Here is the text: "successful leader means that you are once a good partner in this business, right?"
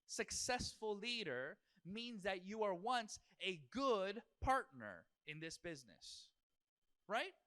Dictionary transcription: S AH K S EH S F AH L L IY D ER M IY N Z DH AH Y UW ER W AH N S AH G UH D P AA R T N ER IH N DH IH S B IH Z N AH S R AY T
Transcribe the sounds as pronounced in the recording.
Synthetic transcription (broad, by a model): S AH K S EH S F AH L L IY D ER M IY N Z DH AH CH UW ER W AH N S AH G UH D P AA R T N ER IH N DH IH S B IH Z N AH S R AY T